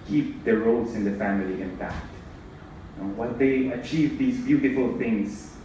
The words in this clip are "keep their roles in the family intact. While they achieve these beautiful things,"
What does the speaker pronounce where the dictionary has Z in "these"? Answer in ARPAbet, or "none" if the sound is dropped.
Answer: Z